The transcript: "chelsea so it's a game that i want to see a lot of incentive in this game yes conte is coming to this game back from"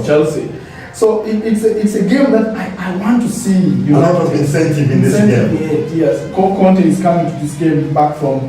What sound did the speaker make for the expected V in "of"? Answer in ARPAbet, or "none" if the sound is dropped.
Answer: B